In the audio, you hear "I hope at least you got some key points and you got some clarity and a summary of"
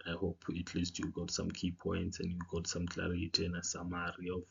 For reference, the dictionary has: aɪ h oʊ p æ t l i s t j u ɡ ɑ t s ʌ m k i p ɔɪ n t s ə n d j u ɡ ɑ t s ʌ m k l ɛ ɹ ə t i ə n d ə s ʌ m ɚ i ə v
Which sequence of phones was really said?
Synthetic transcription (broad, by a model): aɪ h oʊ p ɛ t l i s t j u ɡ ɑ t s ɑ m k i p ɔɪ n t s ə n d j u ɡ ɑ t s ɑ m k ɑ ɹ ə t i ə n ə s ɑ m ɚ i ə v